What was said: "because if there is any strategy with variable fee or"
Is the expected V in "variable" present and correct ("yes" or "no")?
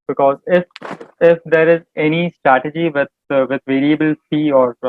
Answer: yes